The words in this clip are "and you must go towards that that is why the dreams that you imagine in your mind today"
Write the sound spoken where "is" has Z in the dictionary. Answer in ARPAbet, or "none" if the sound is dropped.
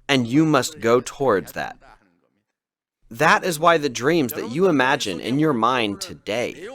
Z